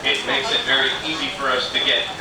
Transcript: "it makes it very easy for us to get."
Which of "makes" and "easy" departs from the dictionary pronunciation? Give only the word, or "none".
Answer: none